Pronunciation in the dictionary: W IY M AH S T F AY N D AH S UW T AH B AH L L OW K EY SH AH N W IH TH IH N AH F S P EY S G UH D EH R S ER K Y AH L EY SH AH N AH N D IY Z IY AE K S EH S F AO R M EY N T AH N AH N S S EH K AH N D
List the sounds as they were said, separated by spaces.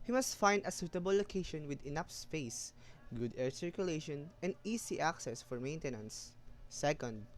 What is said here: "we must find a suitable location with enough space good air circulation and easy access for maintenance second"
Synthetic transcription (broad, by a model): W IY M AH S T F AY N D AH S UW T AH B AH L L OW K EY SH AH N W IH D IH N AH P S P EY S G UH D EH R S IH K Y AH L EY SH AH N AH N D IY S IY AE K S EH S F AO R M EY N T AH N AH N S S EH K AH N D